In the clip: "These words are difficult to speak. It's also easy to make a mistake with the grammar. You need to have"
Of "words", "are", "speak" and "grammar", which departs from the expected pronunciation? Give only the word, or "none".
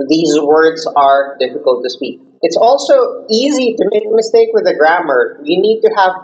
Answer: none